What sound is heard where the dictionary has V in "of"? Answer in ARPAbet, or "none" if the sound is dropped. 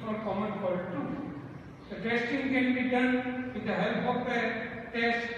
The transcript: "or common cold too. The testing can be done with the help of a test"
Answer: P